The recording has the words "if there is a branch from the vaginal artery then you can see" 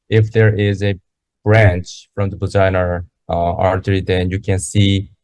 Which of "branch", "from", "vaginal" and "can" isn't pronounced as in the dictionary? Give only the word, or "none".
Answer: vaginal